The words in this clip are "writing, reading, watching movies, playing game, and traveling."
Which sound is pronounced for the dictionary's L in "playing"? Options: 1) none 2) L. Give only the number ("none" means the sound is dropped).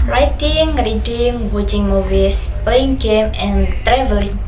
1